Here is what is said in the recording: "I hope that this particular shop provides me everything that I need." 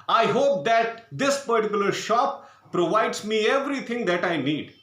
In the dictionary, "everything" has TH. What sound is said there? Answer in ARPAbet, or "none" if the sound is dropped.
T